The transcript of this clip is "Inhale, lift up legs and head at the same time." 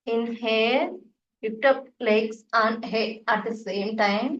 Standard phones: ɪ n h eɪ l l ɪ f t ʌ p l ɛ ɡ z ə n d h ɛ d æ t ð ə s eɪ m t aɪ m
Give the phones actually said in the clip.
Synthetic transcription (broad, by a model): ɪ n h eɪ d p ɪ p t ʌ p l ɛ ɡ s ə n h ɛ d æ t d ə s eɪ m t aɪ m